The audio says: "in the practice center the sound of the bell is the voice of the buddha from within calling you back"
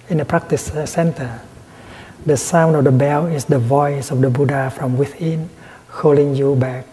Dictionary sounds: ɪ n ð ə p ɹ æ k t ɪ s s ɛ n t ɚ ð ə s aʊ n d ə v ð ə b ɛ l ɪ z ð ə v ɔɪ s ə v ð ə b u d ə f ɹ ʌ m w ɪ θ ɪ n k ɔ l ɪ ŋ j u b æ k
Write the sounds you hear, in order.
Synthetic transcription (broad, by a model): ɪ n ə p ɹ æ k t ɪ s s ɛ n t ɚ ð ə s aʊ n d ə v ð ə b ɛ l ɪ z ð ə v ɔɪ s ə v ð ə b u d ə f ɹ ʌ m w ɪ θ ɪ n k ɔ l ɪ ŋ j u b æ k